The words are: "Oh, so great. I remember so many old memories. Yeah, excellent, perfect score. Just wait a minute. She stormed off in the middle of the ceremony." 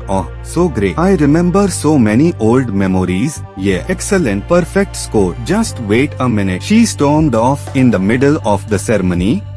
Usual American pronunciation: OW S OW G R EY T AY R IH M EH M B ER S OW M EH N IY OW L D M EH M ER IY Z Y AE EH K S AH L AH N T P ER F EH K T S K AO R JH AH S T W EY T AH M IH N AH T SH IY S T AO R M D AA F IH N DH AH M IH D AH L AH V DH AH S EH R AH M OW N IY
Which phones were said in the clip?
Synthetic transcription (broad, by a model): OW S OW G R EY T AY R IH M EH M B ER S OW M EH N IY OW L D M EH M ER IY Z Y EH EH K S AH L AH N T P ER F EH K T S K AO R JH AH S T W EY T AH M IH N AH T SH IY S T AO R M D AA F IH N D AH M IH D AH L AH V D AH S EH R M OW N IY